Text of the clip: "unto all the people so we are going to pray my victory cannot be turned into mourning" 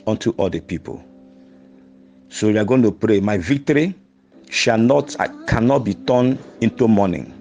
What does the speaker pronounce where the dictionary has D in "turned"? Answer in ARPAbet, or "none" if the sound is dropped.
none